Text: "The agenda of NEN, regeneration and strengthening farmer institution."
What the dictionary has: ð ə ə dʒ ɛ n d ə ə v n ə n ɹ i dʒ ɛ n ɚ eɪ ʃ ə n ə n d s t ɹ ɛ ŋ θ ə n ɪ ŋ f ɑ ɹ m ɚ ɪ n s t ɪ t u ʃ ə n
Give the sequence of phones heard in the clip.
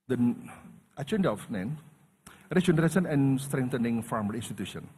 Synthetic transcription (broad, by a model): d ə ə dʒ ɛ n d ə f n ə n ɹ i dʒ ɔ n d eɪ s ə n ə n s t ɹ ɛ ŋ t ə n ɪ ŋ f ɑ ɹ m ɚ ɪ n s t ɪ t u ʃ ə n